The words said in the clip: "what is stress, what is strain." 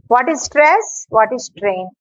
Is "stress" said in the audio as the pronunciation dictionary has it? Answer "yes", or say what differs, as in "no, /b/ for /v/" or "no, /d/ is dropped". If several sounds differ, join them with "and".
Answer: yes